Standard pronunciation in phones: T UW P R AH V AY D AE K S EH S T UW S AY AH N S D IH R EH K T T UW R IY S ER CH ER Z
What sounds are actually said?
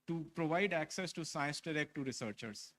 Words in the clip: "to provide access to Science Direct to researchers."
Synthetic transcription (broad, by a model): T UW P R AH V AY D AE K S EH S T UW S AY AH N S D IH R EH K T T UW R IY S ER CH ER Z